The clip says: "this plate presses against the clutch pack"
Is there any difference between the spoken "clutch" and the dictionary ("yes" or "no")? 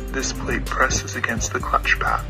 no